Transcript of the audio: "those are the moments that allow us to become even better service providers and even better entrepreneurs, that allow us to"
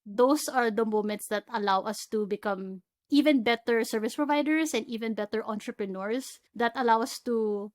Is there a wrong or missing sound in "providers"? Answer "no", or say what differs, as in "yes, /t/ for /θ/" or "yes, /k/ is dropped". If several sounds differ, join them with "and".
yes, /s/ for /z/